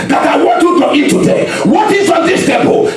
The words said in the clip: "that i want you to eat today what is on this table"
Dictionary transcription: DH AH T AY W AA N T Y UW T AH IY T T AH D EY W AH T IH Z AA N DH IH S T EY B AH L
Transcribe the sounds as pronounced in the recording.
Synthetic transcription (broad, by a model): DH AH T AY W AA T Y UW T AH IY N T AH D EY W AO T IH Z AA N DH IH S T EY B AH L